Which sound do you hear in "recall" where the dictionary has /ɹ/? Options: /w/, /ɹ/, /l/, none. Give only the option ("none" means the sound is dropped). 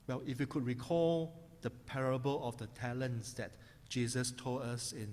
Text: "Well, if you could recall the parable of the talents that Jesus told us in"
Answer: /ɹ/